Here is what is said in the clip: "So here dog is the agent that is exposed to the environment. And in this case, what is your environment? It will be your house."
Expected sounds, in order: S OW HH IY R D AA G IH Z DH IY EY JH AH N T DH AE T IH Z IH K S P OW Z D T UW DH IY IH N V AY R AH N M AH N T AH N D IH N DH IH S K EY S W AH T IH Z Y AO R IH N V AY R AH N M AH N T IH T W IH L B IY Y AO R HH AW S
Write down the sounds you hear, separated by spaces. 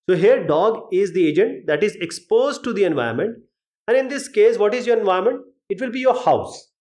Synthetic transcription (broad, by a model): S OW HH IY R D AA G IH Z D IY EY JH AH N T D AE T IH Z IH K S P OW Z D T UW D IY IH N V AY AH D M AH N T AH N D IH N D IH S K EY S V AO T IH Z Y AO R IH N V AY AH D M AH N T IH T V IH L B IY Y AO R HH AW S